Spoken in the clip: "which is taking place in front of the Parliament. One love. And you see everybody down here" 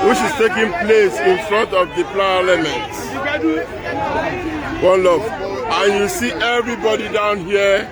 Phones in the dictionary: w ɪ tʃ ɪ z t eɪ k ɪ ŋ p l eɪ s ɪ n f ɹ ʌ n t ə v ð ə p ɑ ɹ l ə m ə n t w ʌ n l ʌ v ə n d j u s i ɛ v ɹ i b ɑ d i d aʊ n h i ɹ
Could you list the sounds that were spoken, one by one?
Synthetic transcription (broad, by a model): w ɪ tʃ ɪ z t eɪ k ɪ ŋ p l eɪ s ɪ n f ɹ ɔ n t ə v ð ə p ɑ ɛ l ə m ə n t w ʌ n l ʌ f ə n j u s i ɛ v ɹ i b ɑ d i d aʊ n h i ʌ